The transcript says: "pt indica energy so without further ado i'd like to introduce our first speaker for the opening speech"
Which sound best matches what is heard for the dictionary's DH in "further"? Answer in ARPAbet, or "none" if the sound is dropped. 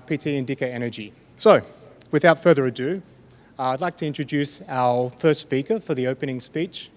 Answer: DH